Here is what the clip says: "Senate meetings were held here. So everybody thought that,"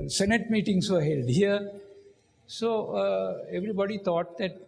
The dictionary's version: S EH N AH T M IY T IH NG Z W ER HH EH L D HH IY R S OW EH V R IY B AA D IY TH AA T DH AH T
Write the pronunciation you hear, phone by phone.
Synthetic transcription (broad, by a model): S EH N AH T M IY T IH NG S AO HH EH L D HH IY R S OW EH V R IY B AA D IY T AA T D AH T